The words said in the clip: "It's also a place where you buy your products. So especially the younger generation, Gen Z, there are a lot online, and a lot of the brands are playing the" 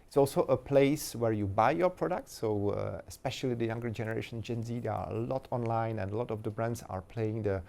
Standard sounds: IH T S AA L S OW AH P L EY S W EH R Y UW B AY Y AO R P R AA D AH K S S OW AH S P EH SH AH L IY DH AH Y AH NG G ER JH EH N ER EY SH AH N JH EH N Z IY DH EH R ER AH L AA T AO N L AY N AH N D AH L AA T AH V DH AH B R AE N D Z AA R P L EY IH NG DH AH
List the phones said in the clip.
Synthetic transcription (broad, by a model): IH T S AA L S OW AH P L EY S W EH R Y UW B AY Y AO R P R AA D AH K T S OW AH S P EH SH AH L IY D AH Y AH NG G ER JH EH N ER EY SH AH N JH EH N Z IY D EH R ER AH L AA T AO N L AY N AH N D AH L AA T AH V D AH B R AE N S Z AA R P L EY IH NG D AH